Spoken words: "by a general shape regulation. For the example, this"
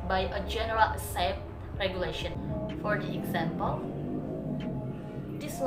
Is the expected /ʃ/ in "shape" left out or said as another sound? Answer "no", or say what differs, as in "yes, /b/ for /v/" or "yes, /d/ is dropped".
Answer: yes, /s/ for /ʃ/